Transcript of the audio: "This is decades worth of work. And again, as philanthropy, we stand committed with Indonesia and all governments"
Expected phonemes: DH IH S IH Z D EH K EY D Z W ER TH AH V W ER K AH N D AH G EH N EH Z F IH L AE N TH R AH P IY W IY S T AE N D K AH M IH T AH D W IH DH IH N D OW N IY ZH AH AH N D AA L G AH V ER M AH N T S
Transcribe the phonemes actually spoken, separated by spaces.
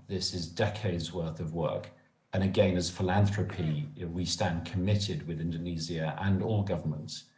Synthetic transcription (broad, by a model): DH IH S IH Z D EH K EY D Z W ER TH AH V W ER K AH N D AH G EH N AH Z F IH L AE N TH R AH P IY W IY S T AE N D K AH M IH T AH D W IH DH IH N D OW N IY Z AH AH N AA L G AH V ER M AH N T S